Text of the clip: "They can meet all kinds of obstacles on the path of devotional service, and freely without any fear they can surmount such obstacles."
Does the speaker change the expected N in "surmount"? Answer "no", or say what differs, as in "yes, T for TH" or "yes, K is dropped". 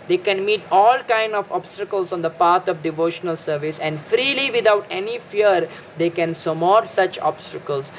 yes, N is dropped